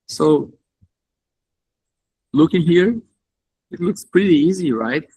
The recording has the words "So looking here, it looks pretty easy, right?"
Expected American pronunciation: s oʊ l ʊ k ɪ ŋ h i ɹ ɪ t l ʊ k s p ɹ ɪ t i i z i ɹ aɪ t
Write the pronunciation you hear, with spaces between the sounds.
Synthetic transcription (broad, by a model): s oʊ l ʊ k ɪ ŋ h i ɹ ɪ t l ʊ k s p ɹ ɪ t i i z i ɹ aɪ t